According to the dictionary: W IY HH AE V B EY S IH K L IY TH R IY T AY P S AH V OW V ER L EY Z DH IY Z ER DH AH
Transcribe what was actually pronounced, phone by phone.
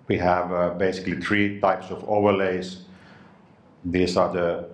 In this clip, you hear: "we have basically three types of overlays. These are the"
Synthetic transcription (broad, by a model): W IY HH AE V B EY S IH K L IY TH R IY T AY P S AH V OW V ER L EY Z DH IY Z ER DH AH